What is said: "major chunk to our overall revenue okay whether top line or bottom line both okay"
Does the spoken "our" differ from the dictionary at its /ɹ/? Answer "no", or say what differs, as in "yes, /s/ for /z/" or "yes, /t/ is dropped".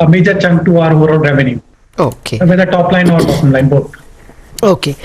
no